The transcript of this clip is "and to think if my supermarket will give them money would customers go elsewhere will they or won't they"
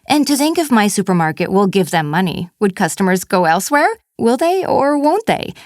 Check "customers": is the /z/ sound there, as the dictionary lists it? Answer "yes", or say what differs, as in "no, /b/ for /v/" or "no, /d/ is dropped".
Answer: yes